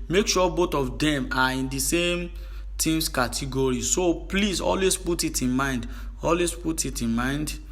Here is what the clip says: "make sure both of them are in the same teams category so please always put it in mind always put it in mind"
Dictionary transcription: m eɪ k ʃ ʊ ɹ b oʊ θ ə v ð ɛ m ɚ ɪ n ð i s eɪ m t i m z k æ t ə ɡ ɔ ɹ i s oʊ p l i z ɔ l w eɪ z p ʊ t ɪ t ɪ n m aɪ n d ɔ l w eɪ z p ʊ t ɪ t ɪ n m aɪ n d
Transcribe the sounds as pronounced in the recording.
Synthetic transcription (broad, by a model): m eɪ k ʃ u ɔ b oʊ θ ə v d ɛ m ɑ ɪ n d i s eɪ m t i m s k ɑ t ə ɡ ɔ ɹ i s oʊ p l i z ɔ l w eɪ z p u t ɪ t ɪ n m aɪ n d ɔ l w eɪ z p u t ɪ t ɪ n m aɪ n d